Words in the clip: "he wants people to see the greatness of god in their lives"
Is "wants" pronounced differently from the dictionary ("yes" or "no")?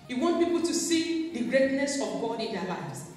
yes